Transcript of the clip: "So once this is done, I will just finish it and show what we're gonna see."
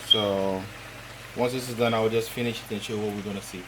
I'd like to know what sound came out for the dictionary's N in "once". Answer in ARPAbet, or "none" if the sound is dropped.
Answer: N